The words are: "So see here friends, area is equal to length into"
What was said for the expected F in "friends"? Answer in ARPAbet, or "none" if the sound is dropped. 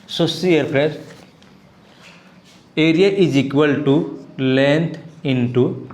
P